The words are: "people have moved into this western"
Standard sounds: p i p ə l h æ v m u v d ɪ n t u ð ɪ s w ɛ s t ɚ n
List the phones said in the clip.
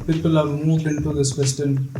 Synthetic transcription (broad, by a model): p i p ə l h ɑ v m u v ɪ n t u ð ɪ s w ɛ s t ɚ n